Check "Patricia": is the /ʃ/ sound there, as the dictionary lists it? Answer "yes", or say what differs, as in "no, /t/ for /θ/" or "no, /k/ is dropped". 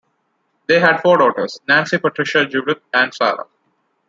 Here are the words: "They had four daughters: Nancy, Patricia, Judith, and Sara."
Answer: yes